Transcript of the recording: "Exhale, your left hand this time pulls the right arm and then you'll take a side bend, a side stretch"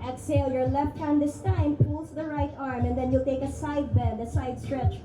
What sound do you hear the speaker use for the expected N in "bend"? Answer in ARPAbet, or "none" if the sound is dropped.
none